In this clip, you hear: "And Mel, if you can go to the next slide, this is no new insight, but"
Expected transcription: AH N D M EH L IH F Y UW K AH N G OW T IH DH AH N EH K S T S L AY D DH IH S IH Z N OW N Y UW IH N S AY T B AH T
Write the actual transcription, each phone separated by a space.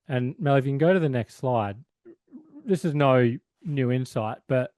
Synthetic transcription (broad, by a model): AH N M EH L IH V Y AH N G OW T IH DH AH N EH K S T S L AY D DH IH S IH Z N OW N Y UW IH N S AY T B AH T